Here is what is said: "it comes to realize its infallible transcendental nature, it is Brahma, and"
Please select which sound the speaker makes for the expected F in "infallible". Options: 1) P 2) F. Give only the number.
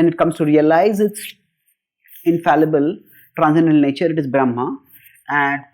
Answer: 2